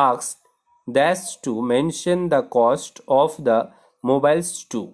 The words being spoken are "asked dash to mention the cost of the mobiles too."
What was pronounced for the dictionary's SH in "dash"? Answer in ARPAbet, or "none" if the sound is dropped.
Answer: S